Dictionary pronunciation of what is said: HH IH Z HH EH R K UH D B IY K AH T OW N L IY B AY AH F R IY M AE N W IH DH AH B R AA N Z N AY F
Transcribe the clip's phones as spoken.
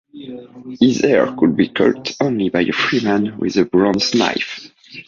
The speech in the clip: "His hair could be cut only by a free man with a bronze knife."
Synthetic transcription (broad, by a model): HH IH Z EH R K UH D B IY K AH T OW N L IY B AY AH F R IY M AE N W IH DH AH B R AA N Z N AY F